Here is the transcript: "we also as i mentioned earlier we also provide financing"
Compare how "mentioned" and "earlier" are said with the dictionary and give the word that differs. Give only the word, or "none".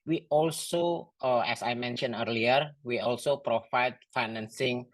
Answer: mentioned